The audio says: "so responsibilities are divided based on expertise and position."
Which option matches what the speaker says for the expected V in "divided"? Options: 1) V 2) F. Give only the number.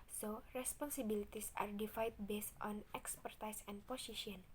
2